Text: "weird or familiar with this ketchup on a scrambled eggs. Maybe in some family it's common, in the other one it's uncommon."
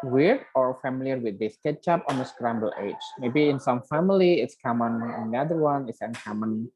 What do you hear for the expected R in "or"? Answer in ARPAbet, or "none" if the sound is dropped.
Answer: R